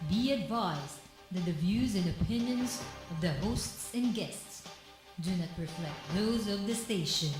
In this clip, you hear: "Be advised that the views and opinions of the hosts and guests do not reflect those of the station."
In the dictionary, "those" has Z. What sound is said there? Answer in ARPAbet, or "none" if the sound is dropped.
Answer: Z